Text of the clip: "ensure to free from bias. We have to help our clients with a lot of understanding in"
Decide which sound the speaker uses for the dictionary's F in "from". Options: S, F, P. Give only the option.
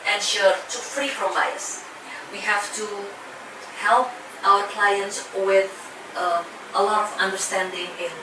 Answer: P